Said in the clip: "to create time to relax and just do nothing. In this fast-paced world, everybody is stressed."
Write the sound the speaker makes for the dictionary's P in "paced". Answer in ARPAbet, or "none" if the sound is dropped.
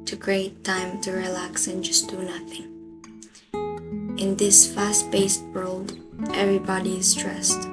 B